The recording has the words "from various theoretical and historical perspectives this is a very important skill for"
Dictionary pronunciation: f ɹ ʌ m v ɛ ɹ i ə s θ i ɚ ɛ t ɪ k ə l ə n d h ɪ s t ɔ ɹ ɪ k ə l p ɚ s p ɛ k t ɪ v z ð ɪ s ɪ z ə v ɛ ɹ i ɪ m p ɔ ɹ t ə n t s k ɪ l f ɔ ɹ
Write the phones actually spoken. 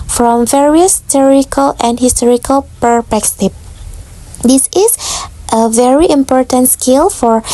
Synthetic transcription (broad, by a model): f ɹ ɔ m v ɛ ɹ i ə s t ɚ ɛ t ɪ k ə l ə n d h ɪ s t ɔ ɹ ɪ k ə l p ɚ p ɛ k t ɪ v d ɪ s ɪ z ə v ɛ ɹ i ɪ m p ɔ ɹ t ə n t s k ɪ l f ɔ ɹ